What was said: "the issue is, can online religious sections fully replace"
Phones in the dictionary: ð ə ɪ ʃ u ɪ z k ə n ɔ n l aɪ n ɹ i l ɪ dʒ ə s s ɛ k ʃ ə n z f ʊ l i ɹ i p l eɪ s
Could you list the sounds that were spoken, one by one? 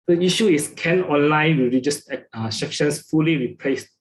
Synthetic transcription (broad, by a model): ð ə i ʃ u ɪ s k ə n ɔ n l aɪ n w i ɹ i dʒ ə s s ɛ k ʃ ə n s f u l i ɹ i p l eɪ s